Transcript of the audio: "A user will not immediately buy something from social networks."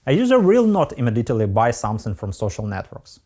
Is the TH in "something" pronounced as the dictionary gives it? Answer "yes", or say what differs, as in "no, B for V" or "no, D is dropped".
no, S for TH